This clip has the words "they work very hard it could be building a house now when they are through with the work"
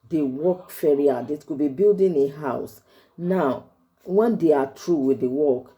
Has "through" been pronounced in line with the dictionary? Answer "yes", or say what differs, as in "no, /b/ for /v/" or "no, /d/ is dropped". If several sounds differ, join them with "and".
no, /t/ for /θ/